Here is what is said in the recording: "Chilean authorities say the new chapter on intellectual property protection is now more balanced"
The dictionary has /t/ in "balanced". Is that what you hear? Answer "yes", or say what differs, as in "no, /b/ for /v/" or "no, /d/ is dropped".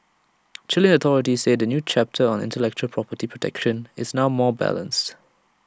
yes